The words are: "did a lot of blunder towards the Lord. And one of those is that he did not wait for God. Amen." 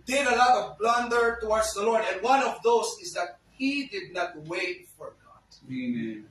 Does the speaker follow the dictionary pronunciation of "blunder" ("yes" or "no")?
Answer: yes